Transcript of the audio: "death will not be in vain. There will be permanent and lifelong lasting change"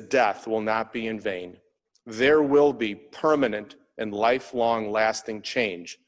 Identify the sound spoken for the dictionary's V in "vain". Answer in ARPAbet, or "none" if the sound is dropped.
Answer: V